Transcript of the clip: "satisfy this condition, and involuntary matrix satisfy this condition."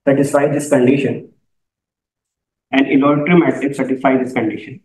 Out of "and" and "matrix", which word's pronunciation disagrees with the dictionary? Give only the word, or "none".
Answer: matrix